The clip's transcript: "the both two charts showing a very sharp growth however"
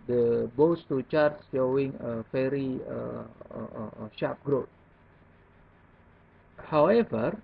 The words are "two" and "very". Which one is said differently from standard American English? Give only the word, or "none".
very